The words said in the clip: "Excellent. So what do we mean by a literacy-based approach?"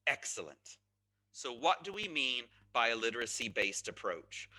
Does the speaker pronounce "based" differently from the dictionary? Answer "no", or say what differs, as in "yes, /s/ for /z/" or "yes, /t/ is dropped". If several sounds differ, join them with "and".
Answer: no